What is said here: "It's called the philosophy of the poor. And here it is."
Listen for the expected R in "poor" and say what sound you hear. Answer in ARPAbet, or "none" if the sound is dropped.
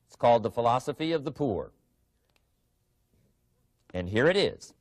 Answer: R